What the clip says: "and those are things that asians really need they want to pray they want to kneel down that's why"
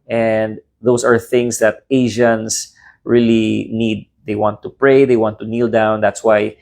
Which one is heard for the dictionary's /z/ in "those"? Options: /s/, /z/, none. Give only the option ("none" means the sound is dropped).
/s/